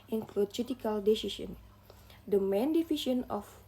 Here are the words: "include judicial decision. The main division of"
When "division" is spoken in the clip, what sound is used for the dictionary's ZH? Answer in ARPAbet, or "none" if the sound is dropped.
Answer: SH